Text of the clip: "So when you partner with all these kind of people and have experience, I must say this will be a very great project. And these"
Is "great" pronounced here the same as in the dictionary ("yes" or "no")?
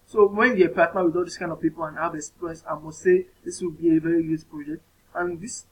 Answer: no